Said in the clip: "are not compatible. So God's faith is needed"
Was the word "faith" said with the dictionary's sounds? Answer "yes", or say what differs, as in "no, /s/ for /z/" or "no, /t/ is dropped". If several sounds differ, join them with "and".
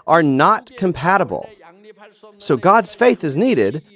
yes